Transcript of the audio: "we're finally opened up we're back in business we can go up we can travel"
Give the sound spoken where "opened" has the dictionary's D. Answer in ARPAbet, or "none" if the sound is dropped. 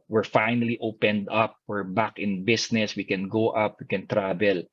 D